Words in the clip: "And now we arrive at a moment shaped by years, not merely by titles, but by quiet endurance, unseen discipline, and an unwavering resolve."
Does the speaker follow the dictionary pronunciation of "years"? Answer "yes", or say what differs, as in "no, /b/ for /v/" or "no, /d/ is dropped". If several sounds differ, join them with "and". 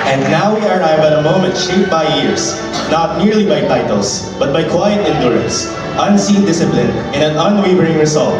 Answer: no, /s/ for /z/